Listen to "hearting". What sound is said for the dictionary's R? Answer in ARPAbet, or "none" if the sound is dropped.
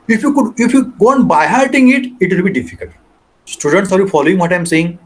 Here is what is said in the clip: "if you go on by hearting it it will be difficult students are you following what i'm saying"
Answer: L